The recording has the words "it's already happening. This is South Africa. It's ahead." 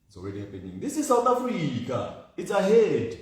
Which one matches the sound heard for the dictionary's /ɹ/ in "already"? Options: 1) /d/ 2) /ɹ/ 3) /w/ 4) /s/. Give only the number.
3